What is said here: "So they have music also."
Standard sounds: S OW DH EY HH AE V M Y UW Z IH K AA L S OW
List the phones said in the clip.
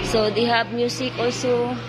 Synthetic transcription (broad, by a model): S OW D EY HH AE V M Y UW S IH K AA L S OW